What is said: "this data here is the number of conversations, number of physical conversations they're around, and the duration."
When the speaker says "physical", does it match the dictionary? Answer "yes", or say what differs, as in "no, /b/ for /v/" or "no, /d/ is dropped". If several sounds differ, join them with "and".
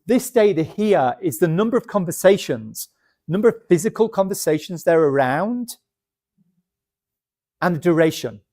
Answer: yes